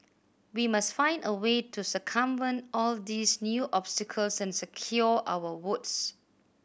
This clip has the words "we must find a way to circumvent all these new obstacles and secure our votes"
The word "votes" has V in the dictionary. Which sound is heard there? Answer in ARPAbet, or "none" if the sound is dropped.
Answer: W